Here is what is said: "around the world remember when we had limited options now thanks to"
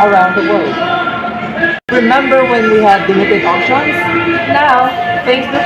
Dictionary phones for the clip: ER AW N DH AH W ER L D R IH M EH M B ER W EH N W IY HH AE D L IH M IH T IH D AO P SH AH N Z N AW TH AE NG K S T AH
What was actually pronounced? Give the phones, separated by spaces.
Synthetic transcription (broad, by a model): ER AW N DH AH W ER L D R IH M EH M B ER W EH N W IY HH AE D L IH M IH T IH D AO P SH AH N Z N AW F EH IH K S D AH